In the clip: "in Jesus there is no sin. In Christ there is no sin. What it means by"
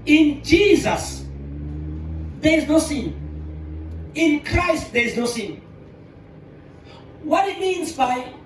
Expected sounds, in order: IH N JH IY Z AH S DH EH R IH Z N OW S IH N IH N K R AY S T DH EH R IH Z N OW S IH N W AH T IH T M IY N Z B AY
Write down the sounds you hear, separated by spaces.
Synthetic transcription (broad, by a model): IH N JH IY Z AH S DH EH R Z N OW S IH N IH N K R AY S T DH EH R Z N OW S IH N W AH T IH T M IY N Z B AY